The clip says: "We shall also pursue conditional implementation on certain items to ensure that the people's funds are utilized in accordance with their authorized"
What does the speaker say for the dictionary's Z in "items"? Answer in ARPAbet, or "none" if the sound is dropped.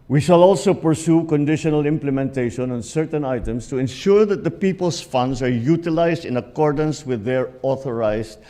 S